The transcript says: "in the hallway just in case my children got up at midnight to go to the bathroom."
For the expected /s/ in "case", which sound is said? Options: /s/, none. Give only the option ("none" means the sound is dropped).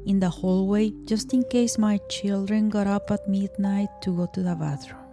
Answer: /s/